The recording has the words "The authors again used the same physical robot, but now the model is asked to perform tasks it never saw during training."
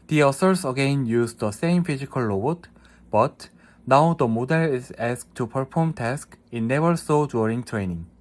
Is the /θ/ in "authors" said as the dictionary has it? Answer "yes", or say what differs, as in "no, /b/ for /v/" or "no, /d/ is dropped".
no, /s/ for /θ/